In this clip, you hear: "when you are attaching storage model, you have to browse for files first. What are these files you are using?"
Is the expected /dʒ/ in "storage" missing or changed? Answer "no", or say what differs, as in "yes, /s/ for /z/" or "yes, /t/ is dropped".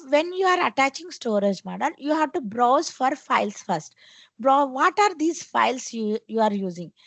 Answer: no